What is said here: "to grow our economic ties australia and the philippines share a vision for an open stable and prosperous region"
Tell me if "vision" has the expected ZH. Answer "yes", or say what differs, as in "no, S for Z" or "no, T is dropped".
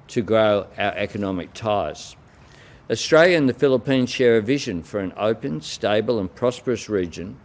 yes